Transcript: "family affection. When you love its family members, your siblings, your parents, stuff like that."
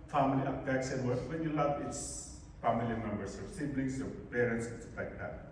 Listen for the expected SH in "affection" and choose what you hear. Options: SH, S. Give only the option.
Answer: S